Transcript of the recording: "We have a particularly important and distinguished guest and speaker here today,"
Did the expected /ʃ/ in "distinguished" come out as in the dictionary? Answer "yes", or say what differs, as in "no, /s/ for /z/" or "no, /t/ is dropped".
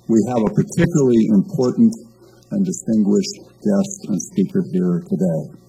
yes